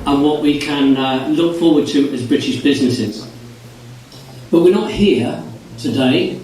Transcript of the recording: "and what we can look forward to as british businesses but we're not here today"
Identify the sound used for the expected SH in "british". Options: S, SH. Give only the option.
SH